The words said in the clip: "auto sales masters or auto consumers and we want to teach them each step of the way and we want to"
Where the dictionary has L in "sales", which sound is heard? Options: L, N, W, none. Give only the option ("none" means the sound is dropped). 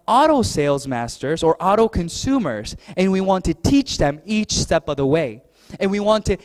L